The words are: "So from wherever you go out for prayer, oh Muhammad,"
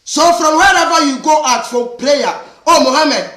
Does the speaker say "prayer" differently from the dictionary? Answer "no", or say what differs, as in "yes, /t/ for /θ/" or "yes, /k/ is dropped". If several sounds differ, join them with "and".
yes, /l/ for /ɹ/